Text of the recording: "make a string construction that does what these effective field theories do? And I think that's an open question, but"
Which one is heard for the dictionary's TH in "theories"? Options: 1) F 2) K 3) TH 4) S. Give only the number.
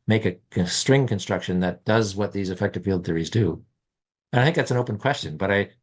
3